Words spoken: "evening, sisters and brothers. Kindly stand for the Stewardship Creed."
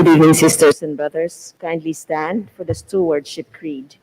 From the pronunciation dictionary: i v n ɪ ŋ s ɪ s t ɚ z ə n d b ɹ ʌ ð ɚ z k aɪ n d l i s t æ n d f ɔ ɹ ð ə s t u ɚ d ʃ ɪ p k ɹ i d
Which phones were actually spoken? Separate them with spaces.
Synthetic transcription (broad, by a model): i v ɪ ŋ s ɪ s t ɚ s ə n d b ɹ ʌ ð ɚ s k aɪ n d l i s t æ n d f ɔ ɹ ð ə s t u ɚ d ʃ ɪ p k ɹ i d